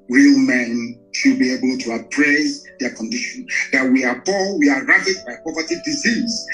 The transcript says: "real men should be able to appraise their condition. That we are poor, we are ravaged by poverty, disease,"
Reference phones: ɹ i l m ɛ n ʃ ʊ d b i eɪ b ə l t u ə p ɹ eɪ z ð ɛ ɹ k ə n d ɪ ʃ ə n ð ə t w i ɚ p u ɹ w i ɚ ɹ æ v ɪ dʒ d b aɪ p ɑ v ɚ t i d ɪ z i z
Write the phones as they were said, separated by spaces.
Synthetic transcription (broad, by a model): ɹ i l m ɛ n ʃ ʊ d b i eɪ b ə l t u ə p ɹ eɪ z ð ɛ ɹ k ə n d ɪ ʃ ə n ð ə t w i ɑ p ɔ l w i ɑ ɹ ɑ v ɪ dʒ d b aɪ p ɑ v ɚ t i d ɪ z i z